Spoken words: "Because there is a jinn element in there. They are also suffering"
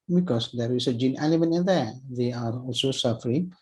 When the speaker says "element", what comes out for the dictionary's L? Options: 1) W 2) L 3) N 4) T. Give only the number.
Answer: 3